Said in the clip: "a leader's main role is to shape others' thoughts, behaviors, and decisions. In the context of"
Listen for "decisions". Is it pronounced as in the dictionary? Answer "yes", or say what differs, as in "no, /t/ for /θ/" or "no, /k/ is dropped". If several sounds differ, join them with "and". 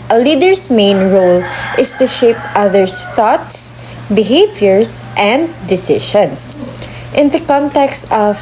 no, /ʃ/ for /ʒ/